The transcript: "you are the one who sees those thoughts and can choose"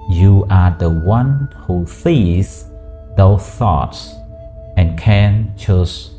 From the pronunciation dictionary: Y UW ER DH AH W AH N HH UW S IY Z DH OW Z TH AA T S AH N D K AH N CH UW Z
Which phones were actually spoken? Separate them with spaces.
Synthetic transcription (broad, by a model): Y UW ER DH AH W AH N HH UW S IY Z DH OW TH AA T S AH N K AH N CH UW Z